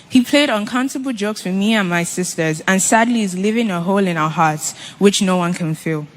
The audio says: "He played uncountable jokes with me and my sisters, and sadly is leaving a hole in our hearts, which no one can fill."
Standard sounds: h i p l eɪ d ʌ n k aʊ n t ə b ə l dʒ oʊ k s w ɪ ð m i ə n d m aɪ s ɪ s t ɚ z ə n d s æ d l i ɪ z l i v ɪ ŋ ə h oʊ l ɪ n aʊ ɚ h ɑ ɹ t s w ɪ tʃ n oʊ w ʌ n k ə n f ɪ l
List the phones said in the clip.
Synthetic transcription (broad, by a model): h i p l eɪ d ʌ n k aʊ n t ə b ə l dʒ oʊ k s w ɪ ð m i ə n m aɪ s ɪ s t ɚ z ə n s æ d l i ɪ z l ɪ v ɪ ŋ ə h oʊ l ɪ n aʊ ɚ h ɑ ɹ t s w ɪ tʃ n oʊ w ʌ n k ə n f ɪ l